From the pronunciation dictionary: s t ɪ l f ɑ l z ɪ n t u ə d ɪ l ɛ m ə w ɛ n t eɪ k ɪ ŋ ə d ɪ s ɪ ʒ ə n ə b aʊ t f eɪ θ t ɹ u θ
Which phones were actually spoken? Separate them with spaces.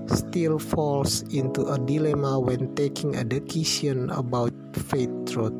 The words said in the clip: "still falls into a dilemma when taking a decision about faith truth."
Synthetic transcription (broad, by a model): s t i l f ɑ l s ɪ n t u ə d ɪ l ɛ m ə w ɛ n t eɪ k ɪ ŋ ə d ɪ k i s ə n ə b aʊ t f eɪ t ɹ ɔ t